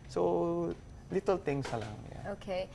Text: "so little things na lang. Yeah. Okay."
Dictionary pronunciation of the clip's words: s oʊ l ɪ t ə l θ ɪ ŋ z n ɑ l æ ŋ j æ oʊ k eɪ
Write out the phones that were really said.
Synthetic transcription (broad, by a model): s oʊ l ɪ t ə l t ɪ ŋ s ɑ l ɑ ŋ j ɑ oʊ k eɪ